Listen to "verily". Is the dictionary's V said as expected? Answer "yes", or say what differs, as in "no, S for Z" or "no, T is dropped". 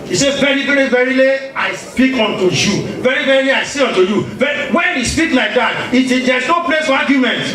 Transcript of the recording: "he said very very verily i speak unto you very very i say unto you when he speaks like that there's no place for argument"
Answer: yes